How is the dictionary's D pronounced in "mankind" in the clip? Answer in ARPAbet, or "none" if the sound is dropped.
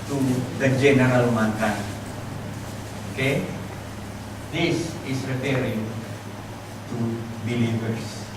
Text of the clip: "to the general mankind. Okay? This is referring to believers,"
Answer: none